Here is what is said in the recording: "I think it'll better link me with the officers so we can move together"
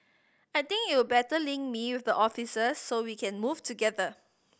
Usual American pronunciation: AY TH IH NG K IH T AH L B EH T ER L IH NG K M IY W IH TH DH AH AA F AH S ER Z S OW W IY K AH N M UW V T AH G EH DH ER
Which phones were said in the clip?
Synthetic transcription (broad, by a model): AY T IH NG K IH T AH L B EH T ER L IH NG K M IY W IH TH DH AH AA F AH S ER S OW W IY K AH N M UW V T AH G EH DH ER